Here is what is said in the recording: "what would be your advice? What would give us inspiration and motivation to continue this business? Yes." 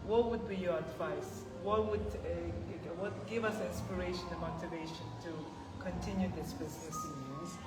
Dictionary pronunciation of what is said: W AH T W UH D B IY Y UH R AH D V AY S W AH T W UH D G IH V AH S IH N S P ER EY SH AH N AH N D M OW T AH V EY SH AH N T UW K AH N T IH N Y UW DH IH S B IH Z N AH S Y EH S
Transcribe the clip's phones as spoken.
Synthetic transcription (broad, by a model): W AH T W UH D B IY Y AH R AH D V AY S W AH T W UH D G IH V AH S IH N S P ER EY AH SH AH N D M OW T AH V EY SH AH N T UW K AH N T IH N Y UW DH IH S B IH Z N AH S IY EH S